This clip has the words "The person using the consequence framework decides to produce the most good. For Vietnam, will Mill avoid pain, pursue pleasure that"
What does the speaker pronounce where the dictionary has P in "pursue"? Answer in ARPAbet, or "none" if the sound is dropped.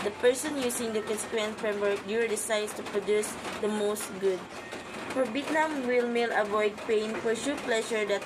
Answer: F